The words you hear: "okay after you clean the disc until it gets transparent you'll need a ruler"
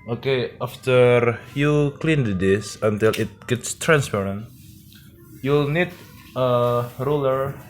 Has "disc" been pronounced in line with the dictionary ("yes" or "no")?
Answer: no